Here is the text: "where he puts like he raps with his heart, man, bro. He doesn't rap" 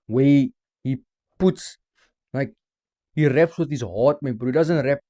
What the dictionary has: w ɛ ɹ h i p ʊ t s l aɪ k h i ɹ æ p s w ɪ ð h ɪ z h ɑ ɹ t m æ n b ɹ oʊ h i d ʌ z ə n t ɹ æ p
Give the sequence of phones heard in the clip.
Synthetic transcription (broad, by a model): w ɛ h i p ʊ t s l aɪ k h i ɹ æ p s w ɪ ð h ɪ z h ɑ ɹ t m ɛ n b oʊ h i d ʌ z ə n t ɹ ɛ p